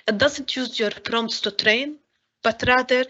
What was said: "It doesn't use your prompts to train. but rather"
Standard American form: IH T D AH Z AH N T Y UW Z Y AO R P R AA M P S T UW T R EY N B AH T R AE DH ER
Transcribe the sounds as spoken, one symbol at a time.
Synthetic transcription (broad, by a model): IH T D AH Z AH N T Y UW Z Y AO R P R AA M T S T UW T R EY N B AH T R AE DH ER